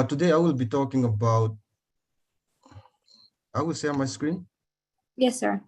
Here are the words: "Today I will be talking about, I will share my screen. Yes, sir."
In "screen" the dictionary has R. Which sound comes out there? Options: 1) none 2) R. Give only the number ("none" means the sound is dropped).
2